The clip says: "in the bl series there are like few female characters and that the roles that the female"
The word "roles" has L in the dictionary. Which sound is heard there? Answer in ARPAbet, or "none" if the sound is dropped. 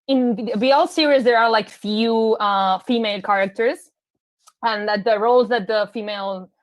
L